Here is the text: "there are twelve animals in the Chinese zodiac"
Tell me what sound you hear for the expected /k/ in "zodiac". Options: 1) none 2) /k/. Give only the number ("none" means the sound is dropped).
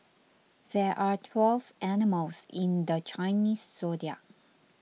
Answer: 1